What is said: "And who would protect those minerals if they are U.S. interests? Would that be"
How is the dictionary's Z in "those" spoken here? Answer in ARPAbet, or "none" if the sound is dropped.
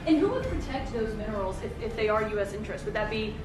Z